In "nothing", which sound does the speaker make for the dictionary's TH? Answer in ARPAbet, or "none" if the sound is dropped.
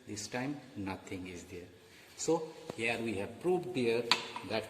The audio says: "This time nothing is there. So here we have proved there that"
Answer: T